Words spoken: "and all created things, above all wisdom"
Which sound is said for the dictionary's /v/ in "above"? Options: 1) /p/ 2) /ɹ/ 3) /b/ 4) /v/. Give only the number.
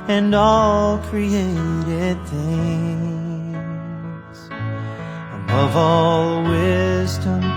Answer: 4